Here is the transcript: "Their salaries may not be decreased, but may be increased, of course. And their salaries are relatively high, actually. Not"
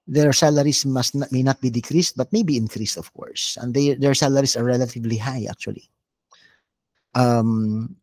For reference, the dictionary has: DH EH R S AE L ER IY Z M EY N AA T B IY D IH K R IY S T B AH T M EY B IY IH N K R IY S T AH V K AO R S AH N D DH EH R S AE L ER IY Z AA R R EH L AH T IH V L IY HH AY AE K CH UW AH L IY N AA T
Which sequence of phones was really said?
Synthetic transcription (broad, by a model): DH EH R S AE L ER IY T M EY N AA T B IY D IH K R IY S T B AH T M EY B IY IH N K R IY S T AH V K AO R S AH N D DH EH R S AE L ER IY S AA R R EH L AH T IH V L IY HH AY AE K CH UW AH L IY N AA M